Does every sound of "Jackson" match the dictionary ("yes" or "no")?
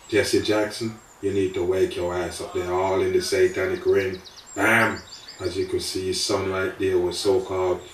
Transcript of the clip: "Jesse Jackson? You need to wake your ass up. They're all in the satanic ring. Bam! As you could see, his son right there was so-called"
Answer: yes